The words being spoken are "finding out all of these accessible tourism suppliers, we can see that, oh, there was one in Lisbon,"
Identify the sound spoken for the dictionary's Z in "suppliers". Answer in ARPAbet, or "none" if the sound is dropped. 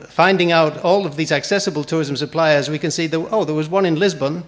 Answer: Z